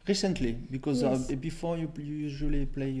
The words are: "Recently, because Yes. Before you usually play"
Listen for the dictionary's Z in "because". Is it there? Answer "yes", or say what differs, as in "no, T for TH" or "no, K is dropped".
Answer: yes